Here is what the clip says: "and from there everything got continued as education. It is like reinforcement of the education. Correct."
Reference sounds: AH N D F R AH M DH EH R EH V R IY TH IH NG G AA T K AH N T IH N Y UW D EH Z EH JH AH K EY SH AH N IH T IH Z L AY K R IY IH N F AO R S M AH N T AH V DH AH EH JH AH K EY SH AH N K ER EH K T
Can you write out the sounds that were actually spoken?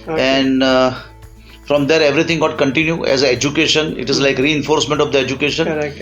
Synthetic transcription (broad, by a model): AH N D F R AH M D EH R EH V R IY T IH NG G AA T K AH N T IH N Y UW EH Z EH JH AH K EY SH AH N IH T IH Z L AY K R IY IH N F AO R S M AH N T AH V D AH EH JH AH K EY SH AH N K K